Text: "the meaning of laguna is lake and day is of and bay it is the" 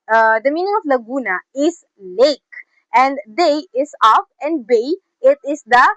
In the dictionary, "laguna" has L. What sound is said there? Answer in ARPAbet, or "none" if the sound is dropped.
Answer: L